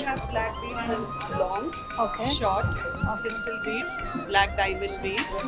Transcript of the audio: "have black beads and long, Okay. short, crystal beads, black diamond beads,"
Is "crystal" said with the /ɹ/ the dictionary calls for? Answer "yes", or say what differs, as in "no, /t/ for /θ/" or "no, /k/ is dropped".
no, /ɹ/ is dropped